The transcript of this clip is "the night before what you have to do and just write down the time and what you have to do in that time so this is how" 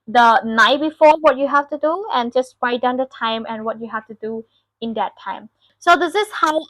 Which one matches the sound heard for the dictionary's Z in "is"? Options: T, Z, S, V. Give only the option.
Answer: S